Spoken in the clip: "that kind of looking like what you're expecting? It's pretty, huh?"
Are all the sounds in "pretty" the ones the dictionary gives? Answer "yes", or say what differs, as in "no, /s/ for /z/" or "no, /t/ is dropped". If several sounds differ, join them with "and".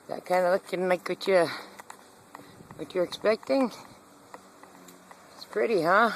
yes